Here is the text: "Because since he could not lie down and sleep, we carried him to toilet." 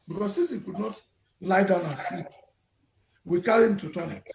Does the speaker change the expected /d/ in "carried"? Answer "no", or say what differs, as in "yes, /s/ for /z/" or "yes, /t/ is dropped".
yes, /d/ is dropped